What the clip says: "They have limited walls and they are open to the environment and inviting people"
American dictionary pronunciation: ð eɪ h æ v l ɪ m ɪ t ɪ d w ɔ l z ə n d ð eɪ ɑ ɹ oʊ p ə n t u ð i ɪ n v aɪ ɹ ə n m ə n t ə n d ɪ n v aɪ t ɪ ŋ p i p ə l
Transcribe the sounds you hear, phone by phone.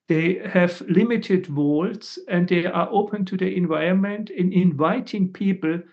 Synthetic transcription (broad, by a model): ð eɪ h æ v l ɪ m ɪ t ɪ d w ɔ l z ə n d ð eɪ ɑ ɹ oʊ p ə n t u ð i ɪ n v aɪ ɹ ə n m ə n t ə n ɪ n v aɪ t ɪ ŋ p i p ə l